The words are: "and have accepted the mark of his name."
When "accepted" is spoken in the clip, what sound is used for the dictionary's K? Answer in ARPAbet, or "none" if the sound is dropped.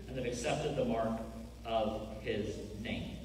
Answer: K